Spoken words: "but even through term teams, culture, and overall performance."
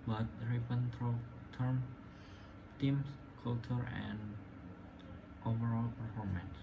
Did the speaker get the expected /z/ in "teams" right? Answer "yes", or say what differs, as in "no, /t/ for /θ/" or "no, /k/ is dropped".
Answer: no, /s/ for /z/